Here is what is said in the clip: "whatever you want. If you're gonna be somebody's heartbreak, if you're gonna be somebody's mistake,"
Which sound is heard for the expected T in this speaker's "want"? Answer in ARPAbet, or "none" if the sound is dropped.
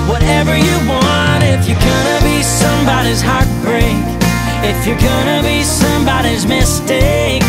T